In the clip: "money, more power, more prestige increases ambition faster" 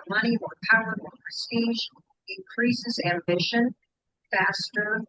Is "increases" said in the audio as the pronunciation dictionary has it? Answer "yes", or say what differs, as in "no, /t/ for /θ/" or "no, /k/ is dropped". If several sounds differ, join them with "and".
yes